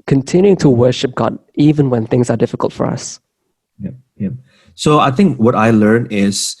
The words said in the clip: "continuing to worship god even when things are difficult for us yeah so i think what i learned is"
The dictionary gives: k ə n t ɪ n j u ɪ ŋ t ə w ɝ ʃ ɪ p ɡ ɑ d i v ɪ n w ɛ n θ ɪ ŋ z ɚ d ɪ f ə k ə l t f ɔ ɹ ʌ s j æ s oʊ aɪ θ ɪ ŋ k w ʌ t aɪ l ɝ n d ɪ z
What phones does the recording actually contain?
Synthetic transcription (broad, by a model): k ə n t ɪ n j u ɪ ŋ t ə w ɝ ʃ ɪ p ɡ ɑ d i v ɪ n w ɛ n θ ɪ ŋ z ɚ d ɪ f ə k ə l t f ɔ ɹ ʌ s j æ s oʊ aɪ θ ɪ ŋ k w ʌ t aɪ l ɝ n ɪ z